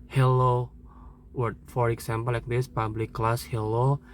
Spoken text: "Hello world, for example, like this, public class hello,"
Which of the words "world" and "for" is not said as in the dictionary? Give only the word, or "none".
world